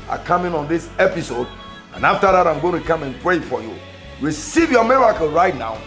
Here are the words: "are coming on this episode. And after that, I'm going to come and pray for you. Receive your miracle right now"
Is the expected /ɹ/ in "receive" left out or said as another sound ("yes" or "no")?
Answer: yes